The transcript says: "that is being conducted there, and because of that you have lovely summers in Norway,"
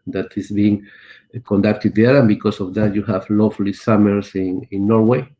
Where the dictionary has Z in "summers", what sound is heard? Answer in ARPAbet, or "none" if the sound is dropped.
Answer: S